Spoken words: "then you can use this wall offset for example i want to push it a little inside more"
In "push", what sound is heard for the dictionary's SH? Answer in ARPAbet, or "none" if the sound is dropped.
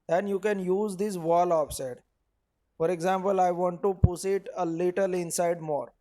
S